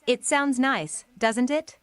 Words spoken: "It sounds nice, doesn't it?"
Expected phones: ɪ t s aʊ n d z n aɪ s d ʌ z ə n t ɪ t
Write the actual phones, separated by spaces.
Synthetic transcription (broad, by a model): ɪ t s aʊ n d z n aɪ s d ʌ z ə n t ɪ t